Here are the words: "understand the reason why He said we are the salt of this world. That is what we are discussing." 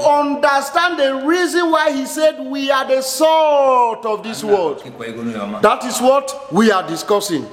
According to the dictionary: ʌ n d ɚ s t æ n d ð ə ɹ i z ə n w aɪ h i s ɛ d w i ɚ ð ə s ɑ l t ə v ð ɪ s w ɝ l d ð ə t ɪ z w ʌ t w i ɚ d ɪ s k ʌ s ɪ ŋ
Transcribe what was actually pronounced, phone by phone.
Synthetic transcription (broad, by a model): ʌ n d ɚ s t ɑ n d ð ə ɹ i z ə n w aɪ h i s ɛ d w i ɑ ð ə s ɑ t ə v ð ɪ s w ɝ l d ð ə t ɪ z w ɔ t w i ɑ d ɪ s k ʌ s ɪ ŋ